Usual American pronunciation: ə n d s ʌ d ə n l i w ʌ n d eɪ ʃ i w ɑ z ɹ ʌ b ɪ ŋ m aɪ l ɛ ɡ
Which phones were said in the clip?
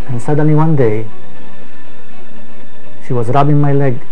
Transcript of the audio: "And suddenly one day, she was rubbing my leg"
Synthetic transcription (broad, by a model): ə n s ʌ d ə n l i w ʌ n d eɪ ʃ i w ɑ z ɹ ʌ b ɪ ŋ m aɪ l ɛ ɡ